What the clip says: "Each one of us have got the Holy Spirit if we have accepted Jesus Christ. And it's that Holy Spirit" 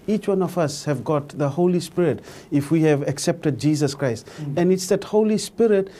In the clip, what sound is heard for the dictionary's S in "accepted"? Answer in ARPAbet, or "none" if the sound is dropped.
S